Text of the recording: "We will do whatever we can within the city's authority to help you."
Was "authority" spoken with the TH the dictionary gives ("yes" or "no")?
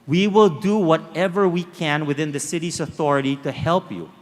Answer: yes